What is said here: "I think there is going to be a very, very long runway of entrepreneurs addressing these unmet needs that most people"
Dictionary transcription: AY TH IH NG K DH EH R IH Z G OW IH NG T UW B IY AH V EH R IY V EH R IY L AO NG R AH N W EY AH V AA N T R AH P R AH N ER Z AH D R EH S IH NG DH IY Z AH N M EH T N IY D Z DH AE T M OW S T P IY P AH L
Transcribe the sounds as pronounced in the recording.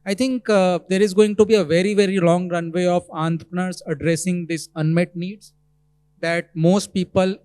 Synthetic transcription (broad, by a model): AY T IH NG K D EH R IH Z G OW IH NG T UW B IY AH V EH R IY V EH R IY L AO NG R AH N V EY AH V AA N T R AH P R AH N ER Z AH D R EH S IH NG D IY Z AH N M EH T N IY D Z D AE T M OW S T P IY P AH L